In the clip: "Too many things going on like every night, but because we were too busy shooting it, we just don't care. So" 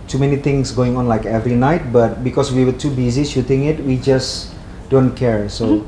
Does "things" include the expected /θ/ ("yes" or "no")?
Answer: no